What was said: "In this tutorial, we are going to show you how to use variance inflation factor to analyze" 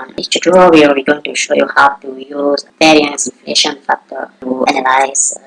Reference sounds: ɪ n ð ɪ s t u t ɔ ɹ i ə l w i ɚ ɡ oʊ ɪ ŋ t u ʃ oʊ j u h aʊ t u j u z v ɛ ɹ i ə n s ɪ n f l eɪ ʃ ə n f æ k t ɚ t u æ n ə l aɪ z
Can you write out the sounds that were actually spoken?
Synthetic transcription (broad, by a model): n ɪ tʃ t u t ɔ w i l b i ɡ oʊ ɪ ŋ t u ʃ oʊ j u h aʊ t u j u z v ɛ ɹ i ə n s ɪ n f l eɪ ʃ ə n f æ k t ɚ t u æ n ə l aɪ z